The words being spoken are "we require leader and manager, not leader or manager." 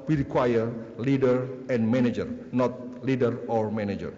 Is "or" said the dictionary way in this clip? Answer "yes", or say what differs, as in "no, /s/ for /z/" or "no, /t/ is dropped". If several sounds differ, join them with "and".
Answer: yes